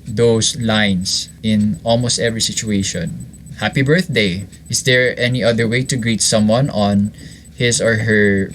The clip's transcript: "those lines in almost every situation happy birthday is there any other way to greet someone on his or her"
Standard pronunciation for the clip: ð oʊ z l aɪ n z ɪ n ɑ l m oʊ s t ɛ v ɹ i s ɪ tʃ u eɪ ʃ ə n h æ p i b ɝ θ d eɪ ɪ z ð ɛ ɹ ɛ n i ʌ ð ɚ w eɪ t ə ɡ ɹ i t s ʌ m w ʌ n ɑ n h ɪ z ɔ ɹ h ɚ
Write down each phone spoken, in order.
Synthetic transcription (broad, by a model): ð oʊ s l aɪ n s ɪ n ɑ l m oʊ s t ɛ v ɹ i s ɪ tʃ u eɪ ʃ ə n h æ p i b ɝ θ d eɪ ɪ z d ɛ ɹ ɛ n i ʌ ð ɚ w eɪ t ə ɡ ɹ i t s ʌ m w ʌ n ɑ n h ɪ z ɔ ɹ h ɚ